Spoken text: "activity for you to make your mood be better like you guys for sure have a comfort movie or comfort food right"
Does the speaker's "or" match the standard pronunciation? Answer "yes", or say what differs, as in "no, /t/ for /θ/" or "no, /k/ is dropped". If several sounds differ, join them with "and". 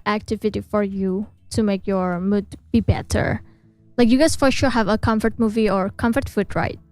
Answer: yes